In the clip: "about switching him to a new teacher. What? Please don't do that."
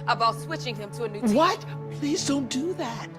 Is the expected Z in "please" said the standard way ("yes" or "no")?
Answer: yes